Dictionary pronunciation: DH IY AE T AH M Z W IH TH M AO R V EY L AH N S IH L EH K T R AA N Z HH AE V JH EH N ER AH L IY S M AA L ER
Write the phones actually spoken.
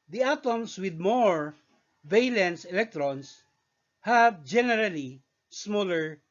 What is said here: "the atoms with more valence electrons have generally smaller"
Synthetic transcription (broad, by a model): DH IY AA T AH M S W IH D M AO R V EY L AH N S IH L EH K T R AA N S HH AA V JH EH N ER AH L IY S M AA L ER